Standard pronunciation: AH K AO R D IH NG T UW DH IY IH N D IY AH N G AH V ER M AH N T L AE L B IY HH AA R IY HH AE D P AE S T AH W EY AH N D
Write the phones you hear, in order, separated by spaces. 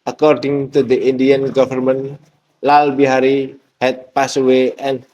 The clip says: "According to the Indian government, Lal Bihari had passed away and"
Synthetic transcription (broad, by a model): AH K AO R D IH NG T UW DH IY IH N D IY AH N G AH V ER M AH N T L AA L B IY HH AA R IY HH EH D P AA S AH W EY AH N